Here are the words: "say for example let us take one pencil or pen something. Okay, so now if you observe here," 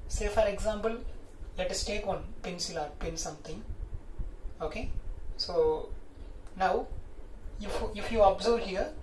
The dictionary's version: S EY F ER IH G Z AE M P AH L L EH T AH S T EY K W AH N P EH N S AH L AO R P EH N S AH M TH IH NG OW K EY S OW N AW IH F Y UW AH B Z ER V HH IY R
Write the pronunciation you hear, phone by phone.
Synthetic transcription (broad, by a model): S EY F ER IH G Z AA M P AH L L EH T AH S T EY K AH N P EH N S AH L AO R P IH N S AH M T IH NG OW K EY S OW N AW IH F Y UW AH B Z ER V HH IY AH